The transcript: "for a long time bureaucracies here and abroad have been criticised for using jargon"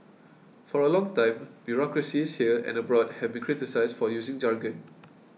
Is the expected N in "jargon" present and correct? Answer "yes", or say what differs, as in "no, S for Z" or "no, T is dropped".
yes